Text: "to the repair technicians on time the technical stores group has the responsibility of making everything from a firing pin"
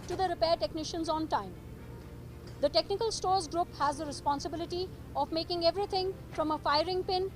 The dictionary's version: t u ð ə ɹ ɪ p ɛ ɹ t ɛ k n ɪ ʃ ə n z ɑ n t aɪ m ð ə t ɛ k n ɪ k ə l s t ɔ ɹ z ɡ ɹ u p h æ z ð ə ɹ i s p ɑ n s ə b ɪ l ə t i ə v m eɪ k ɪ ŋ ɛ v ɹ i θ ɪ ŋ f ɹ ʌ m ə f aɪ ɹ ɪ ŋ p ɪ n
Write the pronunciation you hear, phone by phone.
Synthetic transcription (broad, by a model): t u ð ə ɹ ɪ p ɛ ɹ t ɛ k n ɪ ʃ ə n z ɑ n t aɪ m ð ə t ɛ k n ɪ k ə l s t ɔ ɹ z ɡ ɹ u p h æ z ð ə ɹ i s p ɑ n s ə b ɪ l ə t i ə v m eɪ k ɪ ŋ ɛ v ɹ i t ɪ ŋ f ɹ ʌ m ə f aɪ ɹ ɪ ŋ p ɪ n